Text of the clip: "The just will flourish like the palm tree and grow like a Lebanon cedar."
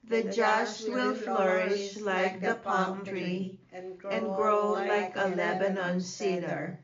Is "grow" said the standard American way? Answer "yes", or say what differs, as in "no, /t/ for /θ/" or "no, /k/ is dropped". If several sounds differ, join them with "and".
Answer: yes